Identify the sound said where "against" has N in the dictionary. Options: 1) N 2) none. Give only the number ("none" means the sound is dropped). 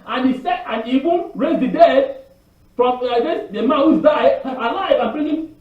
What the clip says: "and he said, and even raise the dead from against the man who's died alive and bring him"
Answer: 2